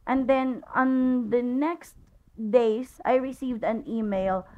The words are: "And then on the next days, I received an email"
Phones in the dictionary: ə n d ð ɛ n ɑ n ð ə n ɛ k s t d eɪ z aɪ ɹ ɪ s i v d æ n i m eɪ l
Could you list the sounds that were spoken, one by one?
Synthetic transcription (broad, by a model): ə n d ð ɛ n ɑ n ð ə n ɛ k s t d eɪ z aɪ ɹ ɪ s i v d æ n i m eɪ l